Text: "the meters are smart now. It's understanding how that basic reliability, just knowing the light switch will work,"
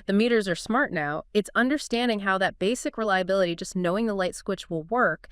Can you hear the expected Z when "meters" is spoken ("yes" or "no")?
yes